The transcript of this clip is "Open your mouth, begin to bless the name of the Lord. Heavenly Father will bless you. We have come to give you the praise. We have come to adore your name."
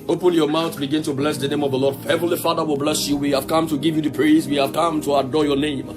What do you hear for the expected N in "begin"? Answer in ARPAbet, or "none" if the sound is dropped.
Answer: N